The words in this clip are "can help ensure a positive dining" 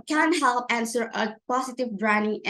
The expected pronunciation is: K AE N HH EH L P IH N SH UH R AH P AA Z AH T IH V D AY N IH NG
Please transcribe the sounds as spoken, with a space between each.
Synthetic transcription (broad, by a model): K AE N HH EH L P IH N S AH R AH P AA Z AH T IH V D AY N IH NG